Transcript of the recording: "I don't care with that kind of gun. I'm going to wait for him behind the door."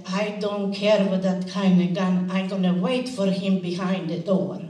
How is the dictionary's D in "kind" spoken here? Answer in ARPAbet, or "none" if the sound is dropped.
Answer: none